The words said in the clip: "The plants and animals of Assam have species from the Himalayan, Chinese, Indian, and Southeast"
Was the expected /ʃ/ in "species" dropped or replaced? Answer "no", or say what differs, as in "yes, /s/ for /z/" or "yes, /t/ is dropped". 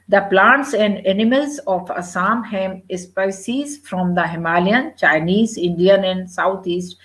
yes, /s/ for /ʃ/